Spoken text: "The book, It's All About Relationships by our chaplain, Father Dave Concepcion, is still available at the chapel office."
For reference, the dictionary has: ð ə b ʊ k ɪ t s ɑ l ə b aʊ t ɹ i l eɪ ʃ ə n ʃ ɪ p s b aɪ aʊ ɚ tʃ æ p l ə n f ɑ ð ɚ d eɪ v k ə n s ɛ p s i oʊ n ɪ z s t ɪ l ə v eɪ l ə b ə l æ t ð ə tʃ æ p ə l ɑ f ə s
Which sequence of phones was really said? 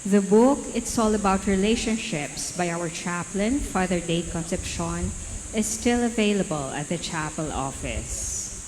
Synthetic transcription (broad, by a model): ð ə b ʊ k ɪ t s ɑ l ə b aʊ t ɹ i l eɪ ʃ ə n ʃ ɪ p s b aɪ aʊ ɚ tʃ æ p l ə n f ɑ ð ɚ d eɪ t k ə n s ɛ p ʃ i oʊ n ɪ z s t ɪ l ə v eɪ l ə b ə l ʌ t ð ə tʃ æ p ə l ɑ f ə s